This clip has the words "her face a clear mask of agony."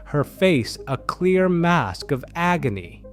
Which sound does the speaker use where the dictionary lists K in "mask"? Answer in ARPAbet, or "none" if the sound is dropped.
K